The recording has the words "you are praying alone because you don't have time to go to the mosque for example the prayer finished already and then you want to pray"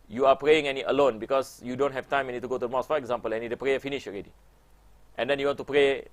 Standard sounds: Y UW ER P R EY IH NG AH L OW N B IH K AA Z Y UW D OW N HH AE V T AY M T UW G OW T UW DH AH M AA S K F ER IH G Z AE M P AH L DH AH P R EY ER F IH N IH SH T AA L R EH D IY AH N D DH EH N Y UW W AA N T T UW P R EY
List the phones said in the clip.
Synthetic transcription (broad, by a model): Y UW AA P R EY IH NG AH L OW N B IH K AA S Y UW D OW N HH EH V T AY M T UW G OW T UW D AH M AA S F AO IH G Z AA M P AH L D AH P R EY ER F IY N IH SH AA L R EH D IY AH N D EH N Y UW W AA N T T UW P R EY